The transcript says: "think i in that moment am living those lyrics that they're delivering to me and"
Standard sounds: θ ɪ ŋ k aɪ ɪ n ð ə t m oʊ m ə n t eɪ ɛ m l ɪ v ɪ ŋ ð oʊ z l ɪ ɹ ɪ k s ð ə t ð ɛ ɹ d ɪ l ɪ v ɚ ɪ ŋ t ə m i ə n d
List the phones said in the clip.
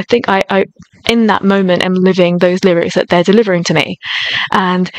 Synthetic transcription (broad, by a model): θ ɪ ŋ k aɪ ɪ n ð ə t m oʊ m ə n t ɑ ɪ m l ɪ v ɪ ŋ ð oʊ z l ɪ ɹ ɪ k s ð ə t ð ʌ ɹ d ɪ l ɪ v ɚ ɪ ŋ t ə m i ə n